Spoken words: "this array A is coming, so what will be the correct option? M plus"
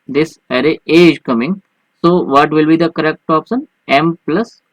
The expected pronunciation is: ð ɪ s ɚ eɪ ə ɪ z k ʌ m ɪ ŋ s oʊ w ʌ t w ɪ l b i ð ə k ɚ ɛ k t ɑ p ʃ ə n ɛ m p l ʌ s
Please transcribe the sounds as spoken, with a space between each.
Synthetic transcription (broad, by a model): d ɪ s ɚ eɪ ə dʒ k ʌ m ɪ ŋ s oʊ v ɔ t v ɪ l b i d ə k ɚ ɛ k t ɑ p s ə n ɛ m p l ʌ s